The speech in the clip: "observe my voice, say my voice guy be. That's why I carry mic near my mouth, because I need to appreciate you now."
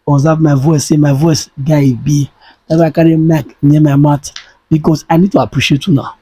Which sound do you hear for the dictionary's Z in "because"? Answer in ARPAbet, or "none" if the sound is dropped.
S